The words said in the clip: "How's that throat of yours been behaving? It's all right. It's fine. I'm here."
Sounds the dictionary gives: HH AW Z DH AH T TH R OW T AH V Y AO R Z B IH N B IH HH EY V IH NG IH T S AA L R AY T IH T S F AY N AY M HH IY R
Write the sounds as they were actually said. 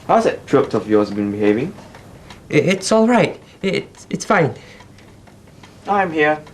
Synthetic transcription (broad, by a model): HH AW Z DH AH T T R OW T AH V Y AO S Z B IH N B IH HH EY V IH NG IH T S AA L R AY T IH T S F AY N AY M HH IY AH